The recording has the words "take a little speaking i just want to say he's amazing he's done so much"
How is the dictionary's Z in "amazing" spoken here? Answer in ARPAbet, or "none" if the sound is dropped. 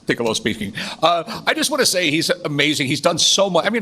Z